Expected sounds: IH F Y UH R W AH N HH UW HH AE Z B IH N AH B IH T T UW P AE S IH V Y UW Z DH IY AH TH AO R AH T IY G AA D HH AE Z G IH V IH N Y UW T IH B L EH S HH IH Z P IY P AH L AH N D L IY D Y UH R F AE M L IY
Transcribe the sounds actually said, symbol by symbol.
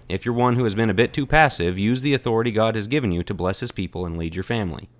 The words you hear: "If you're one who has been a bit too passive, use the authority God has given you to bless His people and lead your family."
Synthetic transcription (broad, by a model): IH F Y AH R W AH N HH UW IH Z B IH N AH B IH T T UW P AE S IH V Y UW Z DH IY AH TH AO R AH T IY G AA D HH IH Z G IH V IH N Y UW T IH B L EH S HH IH Z P IY P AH L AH N L IY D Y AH R F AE M L IY